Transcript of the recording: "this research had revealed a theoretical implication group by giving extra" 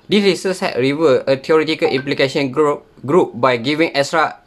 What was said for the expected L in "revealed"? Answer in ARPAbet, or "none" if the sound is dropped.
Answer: none